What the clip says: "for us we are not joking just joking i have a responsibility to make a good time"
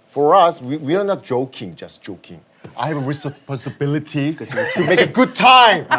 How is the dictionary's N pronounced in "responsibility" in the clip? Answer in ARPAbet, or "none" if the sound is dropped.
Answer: none